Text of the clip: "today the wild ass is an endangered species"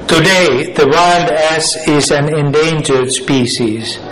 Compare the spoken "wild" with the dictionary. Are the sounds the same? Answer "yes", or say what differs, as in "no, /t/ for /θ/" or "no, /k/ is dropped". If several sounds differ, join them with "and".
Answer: yes